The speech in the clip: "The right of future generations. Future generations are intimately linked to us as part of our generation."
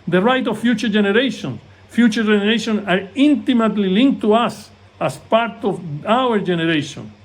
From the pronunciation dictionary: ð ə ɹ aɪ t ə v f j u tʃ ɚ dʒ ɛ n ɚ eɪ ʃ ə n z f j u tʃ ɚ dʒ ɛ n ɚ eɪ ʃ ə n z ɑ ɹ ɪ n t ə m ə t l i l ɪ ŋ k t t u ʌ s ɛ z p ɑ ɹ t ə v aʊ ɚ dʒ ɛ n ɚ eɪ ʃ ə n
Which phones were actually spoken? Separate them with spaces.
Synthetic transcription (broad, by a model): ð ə ɹ aɪ t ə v f j u tʃ ɚ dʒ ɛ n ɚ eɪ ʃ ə n s f j u tʃ ɚ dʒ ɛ n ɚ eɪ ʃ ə n ɑ ɹ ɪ n t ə m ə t l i l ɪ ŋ k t t u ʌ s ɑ s p ɑ ɹ t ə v aʊ ɚ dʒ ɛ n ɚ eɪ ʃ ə n